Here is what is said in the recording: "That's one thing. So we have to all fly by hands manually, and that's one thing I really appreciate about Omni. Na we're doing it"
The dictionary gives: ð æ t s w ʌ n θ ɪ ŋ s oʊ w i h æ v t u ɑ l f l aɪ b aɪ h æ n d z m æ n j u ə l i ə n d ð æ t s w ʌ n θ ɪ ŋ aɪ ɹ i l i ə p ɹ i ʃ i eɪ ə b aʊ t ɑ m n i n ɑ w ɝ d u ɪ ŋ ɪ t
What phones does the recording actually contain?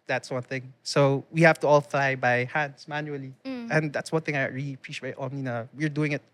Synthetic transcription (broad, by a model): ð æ t s w ʌ n θ ɪ ŋ s oʊ w i h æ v t u ɑ l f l aɪ b aɪ h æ n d s m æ n j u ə l i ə n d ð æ t s w ʌ n θ ɪ ŋ aɪ ɹ i l i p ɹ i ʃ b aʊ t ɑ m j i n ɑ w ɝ d u ɪ ŋ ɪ t